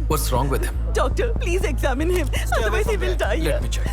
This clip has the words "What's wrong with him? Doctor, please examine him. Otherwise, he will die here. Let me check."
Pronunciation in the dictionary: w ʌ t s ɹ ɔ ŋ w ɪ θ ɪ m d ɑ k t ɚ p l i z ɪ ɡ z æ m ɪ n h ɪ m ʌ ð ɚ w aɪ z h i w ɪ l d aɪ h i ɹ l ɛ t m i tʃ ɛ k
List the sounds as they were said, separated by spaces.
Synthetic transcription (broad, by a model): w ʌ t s ɹ ɔ ŋ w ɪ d ɪ m d ɑ k t ɚ p l i z ɪ ɡ z æ m ɪ n h ɪ m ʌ ɚ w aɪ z h i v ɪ l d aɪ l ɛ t m i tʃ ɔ